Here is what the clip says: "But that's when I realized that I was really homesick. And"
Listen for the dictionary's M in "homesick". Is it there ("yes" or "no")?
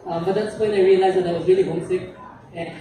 no